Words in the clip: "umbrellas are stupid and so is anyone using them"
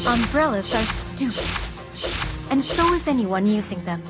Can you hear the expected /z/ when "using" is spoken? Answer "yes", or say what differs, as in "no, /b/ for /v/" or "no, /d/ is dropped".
yes